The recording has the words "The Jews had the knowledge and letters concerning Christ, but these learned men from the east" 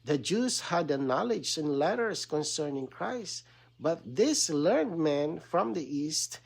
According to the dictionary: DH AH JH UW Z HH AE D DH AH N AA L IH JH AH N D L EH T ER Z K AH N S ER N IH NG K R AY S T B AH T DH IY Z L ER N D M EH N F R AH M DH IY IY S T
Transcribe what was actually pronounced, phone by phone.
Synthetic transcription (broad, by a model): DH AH JH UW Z HH AE D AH N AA L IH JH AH N L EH T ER S K AH N S ER N IH NG K R AY S T B AH T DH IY S L ER N D M EH N F R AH M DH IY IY S T